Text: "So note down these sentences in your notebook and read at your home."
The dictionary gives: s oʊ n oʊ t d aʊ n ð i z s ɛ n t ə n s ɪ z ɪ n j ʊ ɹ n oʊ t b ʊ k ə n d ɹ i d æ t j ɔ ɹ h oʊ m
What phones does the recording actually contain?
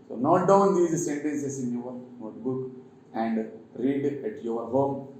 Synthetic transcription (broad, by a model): s oʊ n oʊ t d aʊ n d i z s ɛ n t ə n s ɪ s ɪ n j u ɹ n oʊ t b ʊ k ə n d ɹ i d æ t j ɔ ɹ h oʊ m